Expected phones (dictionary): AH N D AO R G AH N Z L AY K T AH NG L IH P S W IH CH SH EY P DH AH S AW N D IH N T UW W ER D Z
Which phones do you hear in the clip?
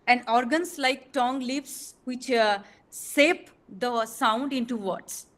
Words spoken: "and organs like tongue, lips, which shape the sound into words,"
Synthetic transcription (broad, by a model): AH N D AO R G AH N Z L AY K T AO NG L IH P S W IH CH S EY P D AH S AW N D IH N T UW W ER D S